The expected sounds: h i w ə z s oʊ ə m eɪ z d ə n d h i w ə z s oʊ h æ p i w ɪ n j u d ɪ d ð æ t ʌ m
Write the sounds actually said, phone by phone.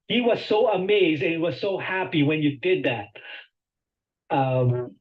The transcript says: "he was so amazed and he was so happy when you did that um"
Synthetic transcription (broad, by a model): h i w ə z s oʊ ə m eɪ z d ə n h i w ə z s oʊ h æ p i w ɪ n j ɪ d ɪ d ð æ t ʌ m